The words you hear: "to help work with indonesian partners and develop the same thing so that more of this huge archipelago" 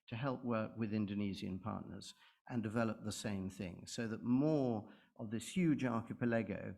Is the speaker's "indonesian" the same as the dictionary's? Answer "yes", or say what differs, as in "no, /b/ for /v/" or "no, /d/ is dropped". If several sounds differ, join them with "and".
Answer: no, /z/ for /ʒ/